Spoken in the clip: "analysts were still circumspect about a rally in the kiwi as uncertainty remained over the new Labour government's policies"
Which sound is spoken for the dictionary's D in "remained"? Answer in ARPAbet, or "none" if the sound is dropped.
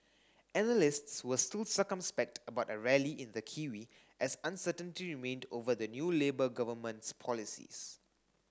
D